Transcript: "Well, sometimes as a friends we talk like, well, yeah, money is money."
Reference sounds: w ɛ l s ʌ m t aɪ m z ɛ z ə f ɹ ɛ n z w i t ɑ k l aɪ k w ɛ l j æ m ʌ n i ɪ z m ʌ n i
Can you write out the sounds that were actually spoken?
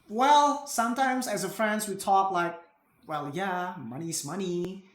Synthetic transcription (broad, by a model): w ɛ l s ʌ m t aɪ m z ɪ z ə f ɹ ɛ n z w i t ɑ k l aɪ k w ɛ l j æ m ʌ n i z m ʌ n i